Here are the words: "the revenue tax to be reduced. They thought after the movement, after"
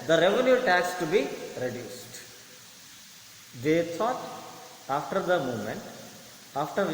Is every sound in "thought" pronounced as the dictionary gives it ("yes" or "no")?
no